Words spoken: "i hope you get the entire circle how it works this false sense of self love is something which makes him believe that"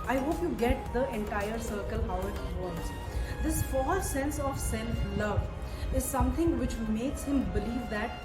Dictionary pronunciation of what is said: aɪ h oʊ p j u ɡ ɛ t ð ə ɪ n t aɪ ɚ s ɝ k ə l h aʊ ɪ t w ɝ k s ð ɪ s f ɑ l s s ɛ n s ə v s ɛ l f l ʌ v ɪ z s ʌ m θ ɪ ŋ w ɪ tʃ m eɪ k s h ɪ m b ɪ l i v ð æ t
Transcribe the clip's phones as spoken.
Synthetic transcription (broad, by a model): aɪ h oʊ p j u ɡ ɛ t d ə ɪ n t aɪ ɚ s ɝ k ə l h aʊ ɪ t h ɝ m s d ɪ s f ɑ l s s ɛ n s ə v s ɛ l f l ʌ v ɪ z s ʌ m t ɪ ŋ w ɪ tʃ m eɪ k s h ɪ m b ɪ l i v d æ t